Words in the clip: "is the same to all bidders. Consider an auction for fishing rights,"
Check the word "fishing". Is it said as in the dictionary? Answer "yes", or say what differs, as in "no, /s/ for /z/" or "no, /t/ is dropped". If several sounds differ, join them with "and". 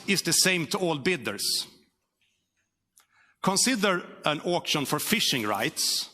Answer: yes